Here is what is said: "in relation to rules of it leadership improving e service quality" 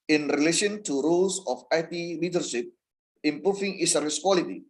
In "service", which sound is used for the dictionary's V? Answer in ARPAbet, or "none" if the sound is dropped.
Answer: none